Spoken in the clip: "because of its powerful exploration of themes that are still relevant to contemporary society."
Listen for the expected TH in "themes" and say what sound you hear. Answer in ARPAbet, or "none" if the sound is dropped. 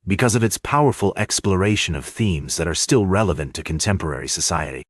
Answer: TH